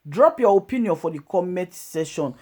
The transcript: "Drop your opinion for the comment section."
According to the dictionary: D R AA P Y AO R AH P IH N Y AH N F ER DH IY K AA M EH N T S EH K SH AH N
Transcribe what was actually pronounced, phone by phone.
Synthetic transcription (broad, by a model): D R AA P Y AO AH P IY N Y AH N F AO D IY K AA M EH T S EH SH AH N